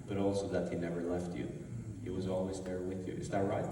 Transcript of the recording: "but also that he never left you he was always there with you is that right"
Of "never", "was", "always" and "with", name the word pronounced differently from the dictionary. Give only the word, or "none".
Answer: none